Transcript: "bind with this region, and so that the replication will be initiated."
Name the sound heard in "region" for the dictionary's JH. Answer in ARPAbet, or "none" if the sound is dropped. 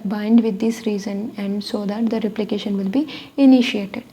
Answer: Z